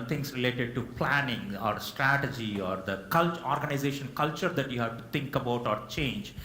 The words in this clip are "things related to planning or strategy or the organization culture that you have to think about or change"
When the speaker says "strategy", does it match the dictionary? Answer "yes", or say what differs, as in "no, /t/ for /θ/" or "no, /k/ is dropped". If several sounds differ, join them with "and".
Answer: yes